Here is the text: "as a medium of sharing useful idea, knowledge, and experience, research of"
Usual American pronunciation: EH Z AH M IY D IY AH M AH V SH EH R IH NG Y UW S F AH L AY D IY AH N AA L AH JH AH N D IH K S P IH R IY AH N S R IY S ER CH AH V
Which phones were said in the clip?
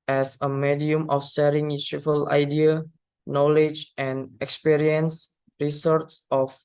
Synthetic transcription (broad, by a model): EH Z AH M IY D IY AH M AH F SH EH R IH NG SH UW F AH L AY D IY AH N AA L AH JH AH N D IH K S P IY R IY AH N S R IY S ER S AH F